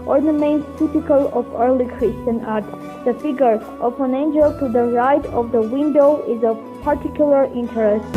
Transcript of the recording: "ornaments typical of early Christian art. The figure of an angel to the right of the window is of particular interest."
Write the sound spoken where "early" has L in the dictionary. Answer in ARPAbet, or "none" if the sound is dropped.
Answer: L